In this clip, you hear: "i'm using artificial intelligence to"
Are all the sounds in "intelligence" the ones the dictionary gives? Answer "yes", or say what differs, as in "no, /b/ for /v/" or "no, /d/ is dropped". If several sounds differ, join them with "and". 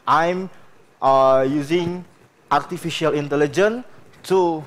no, /s/ is dropped